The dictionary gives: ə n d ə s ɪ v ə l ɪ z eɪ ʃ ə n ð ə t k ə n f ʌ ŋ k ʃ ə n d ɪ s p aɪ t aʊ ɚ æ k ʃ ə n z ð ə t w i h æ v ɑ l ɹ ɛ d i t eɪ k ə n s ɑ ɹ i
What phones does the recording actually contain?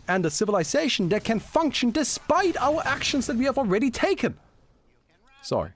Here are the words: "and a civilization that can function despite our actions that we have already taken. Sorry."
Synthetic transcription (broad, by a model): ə n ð ə s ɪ v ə l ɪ z eɪ ʃ n ð ə t k ə n f ʌ ŋ k ʃ ə n d ɪ s p aɪ t aʊ ɚ æ k ʃ ə n z ð ə t w i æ v l ɹ ɛ d i t eɪ k ə n s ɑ ɹ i